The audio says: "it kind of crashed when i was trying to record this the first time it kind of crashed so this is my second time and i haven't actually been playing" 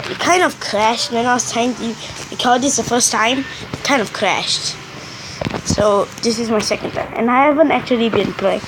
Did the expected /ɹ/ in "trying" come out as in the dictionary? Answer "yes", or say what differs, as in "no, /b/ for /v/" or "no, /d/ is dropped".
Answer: no, /ɹ/ is dropped